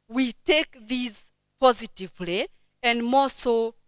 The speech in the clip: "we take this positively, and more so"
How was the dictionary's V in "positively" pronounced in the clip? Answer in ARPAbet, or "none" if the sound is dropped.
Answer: V